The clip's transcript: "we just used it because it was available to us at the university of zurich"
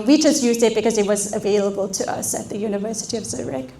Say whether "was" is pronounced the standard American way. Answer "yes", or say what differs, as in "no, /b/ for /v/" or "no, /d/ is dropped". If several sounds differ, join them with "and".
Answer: yes